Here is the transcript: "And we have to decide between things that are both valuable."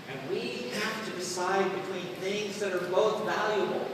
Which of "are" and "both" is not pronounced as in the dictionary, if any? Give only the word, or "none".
none